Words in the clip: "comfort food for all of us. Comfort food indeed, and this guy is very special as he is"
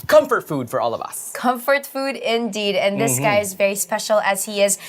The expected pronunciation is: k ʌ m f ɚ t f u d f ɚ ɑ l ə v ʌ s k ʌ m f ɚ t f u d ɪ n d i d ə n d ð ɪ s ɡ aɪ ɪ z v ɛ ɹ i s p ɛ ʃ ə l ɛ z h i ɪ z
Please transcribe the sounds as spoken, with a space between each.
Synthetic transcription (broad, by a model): k ʌ m f ɚ t f u d f ɚ ɑ l ə v ʌ s k ʌ m f ɚ t f u d ɪ n d i d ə n ð ɪ s ɡ aɪ ɪ z v ɛ ɹ i s p ɛ ʃ l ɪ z h i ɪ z